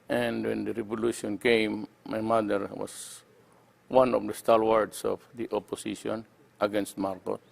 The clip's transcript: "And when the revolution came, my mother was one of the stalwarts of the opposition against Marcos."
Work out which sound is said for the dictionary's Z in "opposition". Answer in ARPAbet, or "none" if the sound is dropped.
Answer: S